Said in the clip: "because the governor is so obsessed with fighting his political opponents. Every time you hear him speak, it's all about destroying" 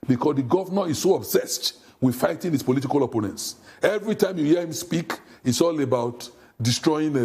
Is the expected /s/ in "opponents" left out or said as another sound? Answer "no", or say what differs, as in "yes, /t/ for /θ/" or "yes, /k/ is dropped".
no